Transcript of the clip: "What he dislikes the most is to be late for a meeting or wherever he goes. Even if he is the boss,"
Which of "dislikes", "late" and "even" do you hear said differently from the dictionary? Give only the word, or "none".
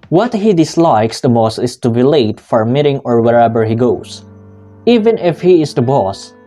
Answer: none